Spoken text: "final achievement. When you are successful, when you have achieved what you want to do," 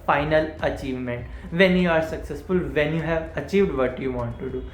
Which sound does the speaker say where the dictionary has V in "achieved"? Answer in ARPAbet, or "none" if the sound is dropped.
V